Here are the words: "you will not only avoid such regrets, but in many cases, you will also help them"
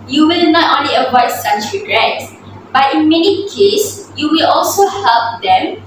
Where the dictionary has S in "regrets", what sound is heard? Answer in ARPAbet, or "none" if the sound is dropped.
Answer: none